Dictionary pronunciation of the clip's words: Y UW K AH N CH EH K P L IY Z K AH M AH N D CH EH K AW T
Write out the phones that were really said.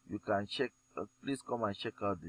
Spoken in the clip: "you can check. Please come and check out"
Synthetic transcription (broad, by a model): Y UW K AH N CH EH K P L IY S K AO M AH N CH EH K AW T